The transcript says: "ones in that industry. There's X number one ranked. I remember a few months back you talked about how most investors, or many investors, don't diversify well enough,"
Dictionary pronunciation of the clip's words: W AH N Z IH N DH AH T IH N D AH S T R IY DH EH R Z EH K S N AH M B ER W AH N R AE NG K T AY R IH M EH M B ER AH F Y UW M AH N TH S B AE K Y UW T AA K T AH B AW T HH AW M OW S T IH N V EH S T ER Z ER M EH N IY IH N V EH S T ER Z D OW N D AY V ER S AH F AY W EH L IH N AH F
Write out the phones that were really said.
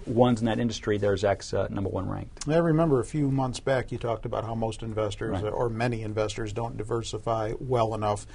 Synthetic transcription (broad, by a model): W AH N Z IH N DH AH T IH N D AH S T R IY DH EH R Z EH K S N AH M B ER W AH N R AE NG K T AY R IH M EH M B ER AH F Y UW M AH N TH S B AE K Y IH T AA K T AH B AW T HH AW M OW S T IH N V EH S T ER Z ER M EH N IY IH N V EH S T ER Z D OW N D AY V ER S AH F AY W EH L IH N AH F